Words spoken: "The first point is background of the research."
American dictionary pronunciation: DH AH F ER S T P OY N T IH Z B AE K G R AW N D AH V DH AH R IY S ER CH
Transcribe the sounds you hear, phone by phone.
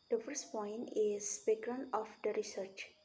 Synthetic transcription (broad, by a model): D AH F ER S T P OY N T IH Z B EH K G R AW N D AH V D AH R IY S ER CH